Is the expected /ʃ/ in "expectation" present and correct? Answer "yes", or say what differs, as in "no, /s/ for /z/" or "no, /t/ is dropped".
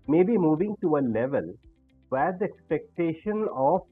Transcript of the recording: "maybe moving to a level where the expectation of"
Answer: yes